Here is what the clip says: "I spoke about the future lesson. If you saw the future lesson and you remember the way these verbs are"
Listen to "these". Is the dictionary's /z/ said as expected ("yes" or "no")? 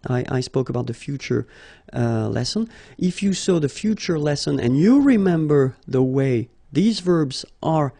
yes